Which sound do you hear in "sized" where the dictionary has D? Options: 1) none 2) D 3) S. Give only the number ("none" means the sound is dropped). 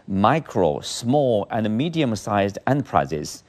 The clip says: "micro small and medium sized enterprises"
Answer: 2